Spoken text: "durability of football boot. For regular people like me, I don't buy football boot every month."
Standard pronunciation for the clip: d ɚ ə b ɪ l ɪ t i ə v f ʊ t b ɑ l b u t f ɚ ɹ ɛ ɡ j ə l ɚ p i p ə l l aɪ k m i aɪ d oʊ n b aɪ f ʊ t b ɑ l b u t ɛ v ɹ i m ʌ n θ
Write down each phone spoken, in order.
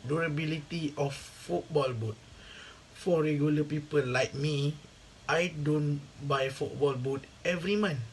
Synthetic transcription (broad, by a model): d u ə b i l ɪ t i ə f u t b ɑ l b u t f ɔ ɹ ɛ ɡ j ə l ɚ p i p ə l l aɪ k m i aɪ d oʊ n b aɪ f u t b ɑ l b u t ɛ v ɹ i m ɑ n